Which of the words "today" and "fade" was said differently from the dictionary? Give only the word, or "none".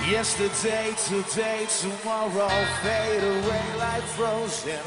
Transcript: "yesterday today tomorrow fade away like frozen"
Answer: fade